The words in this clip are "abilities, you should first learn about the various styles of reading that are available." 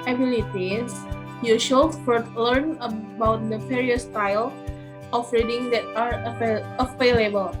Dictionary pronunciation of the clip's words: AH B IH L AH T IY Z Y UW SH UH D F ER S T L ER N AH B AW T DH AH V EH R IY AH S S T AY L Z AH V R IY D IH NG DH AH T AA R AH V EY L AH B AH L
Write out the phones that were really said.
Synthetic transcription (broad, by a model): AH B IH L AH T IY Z Y UW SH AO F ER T L ER N AH B AW T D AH P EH R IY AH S S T AY L AH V R IY D IH NG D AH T AA R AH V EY L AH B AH L